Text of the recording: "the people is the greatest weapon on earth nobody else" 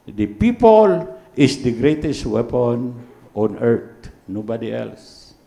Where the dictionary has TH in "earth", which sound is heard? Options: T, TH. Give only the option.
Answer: T